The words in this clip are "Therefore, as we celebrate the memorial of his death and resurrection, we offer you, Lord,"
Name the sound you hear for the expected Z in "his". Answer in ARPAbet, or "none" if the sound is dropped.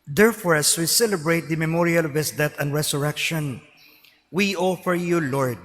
S